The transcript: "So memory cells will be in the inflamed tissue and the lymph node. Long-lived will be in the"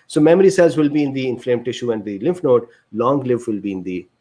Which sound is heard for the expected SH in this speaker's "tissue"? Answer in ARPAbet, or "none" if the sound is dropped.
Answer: SH